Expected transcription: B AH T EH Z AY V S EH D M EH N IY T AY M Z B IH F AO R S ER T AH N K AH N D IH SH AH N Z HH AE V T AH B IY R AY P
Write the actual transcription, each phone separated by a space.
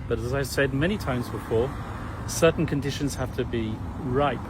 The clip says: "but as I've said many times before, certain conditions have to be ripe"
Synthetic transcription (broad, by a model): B AH T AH Z AY V S EH D M EH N IY T AY M Z B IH F AO S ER T N K AH N D IH SH AH N Z HH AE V T AH B IY R AY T